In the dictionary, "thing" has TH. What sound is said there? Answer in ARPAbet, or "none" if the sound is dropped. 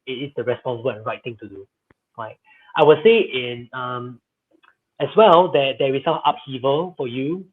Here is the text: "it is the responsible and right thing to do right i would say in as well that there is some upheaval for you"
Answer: T